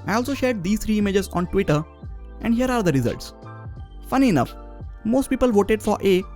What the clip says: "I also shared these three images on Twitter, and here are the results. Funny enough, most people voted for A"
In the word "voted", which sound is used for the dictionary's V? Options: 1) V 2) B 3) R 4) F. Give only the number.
1